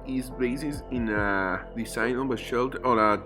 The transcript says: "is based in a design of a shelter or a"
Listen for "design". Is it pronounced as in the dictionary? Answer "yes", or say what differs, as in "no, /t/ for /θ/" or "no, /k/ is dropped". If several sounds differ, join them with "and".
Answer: no, /s/ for /z/